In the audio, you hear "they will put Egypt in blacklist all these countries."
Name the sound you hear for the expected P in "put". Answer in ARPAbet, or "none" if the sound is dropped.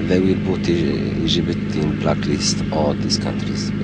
B